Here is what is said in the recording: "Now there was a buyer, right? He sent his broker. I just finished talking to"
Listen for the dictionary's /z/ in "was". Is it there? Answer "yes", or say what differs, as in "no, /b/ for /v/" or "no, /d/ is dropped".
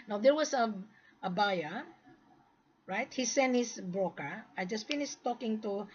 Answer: no, /s/ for /z/